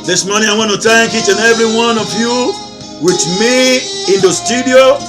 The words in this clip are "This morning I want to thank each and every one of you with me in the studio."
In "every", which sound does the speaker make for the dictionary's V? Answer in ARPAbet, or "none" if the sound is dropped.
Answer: V